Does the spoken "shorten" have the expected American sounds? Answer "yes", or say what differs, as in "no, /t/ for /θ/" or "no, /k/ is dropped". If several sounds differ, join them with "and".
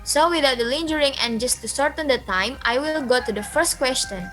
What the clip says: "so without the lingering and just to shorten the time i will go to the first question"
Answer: no, /s/ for /ʃ/